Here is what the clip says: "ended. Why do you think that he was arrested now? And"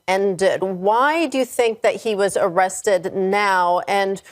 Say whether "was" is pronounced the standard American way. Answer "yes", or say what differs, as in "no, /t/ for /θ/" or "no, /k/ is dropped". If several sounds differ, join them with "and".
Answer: yes